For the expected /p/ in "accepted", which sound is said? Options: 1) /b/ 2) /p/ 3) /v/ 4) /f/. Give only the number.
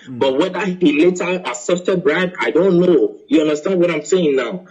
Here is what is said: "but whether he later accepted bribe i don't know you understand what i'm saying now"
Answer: 4